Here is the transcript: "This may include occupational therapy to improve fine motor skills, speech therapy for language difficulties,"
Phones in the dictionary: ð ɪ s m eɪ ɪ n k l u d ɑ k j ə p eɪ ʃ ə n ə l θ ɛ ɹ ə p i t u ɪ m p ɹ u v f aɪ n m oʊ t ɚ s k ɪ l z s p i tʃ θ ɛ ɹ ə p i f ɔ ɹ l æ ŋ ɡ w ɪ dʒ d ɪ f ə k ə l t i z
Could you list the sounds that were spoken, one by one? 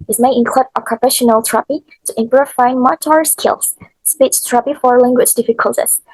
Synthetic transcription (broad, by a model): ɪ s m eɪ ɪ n k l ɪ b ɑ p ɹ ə f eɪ ʃ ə n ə l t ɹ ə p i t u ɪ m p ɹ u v f aɪ n m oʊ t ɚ s k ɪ l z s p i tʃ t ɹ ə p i f ɔ ɹ l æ ŋ ɡ w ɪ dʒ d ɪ f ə k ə l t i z